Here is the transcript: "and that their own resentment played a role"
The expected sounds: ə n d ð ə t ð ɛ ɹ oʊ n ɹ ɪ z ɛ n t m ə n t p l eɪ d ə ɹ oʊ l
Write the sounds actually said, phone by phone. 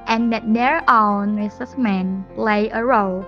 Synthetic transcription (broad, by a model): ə n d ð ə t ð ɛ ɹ oʊ n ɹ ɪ s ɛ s m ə n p l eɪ ə ɹ oʊ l